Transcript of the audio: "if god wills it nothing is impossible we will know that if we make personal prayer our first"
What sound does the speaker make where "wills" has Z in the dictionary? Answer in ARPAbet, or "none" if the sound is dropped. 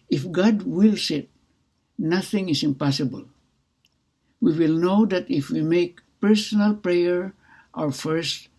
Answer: S